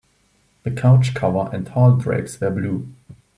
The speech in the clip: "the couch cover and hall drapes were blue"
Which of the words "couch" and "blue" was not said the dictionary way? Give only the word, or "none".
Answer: none